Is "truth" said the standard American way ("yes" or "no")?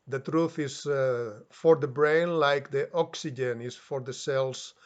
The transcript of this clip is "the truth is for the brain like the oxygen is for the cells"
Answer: yes